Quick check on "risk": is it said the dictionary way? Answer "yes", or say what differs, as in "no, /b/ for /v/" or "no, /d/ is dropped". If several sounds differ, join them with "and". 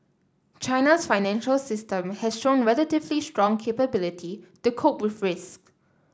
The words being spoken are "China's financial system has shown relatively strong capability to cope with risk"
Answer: yes